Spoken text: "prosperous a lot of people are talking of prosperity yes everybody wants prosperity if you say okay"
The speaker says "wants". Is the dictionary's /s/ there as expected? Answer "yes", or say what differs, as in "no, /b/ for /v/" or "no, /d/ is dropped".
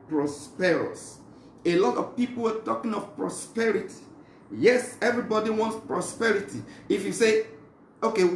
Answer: yes